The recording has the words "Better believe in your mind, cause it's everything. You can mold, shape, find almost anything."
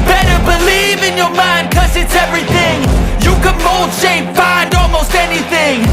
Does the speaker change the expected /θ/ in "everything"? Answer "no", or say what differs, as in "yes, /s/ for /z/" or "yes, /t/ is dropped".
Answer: no